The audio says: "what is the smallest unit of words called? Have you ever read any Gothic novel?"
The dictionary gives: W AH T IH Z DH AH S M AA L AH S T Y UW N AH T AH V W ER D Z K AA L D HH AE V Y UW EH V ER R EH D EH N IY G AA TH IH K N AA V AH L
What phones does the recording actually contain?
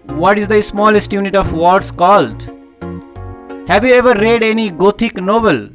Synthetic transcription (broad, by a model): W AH T IH Z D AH S M AA L AH S T Y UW N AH T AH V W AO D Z K AA L D HH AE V Y UW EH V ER R EH D EH N IY G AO T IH K N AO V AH L